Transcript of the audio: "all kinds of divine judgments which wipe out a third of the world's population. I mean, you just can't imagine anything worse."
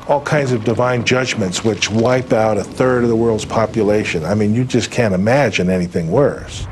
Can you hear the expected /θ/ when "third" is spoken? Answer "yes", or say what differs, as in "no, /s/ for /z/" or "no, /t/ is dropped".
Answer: yes